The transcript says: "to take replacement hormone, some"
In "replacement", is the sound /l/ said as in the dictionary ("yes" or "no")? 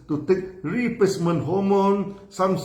no